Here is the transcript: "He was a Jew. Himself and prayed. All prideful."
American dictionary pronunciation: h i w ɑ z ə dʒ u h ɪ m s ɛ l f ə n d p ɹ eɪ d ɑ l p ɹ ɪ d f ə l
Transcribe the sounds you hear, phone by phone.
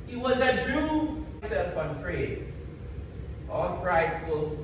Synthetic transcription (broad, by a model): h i w ɑ z ə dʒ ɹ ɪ s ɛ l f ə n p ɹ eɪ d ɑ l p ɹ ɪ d f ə l